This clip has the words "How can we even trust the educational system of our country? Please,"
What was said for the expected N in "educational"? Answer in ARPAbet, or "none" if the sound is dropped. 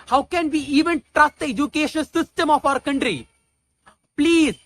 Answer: none